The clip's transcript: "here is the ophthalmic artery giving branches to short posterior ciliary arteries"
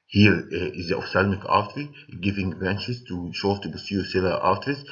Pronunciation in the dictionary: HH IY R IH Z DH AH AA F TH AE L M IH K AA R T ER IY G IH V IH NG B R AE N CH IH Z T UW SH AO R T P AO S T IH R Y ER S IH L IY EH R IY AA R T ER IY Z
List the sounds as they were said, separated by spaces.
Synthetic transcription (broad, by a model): HH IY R IH Z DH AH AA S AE L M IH K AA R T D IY G IH V IH NG B R AE N CH IH Z T UW SH AO R T B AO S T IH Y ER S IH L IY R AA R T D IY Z